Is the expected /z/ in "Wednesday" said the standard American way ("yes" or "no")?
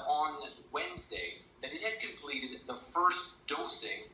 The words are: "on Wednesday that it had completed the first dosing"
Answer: yes